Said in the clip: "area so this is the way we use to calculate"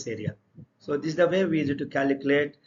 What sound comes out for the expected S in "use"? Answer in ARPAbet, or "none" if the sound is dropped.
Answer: none